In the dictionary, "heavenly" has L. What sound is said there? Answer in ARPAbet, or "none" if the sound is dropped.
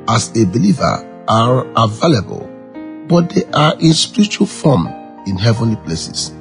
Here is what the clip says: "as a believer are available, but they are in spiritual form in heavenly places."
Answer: L